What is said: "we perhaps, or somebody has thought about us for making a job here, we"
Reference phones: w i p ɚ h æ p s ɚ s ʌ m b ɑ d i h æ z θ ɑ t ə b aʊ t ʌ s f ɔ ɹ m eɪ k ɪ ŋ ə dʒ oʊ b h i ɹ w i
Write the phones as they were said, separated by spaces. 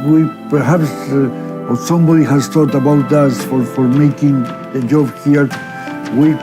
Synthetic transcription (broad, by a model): w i p ɚ h æ p s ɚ s ʌ m b ɑ d i h æ z t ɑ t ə b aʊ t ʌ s f ɔ ɹ m eɪ k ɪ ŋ ə dʒ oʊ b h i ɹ w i